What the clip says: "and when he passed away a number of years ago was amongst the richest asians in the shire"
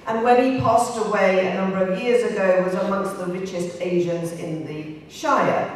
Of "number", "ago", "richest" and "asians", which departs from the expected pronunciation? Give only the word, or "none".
none